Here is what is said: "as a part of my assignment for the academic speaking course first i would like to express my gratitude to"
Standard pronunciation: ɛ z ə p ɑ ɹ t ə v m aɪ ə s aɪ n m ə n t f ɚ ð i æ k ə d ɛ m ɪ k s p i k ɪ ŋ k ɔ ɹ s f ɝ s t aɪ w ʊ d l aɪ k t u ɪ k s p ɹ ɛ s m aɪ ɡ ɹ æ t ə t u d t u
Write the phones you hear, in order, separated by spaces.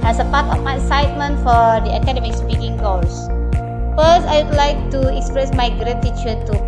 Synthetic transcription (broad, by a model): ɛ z ə p ɑ t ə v m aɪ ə s aɪ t m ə n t f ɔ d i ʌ k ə d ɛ m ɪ k s p i k ɪ ŋ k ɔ l s f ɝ s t aɪ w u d l aɪ k t u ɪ k s p ɹ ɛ s m aɪ ɡ ɹ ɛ t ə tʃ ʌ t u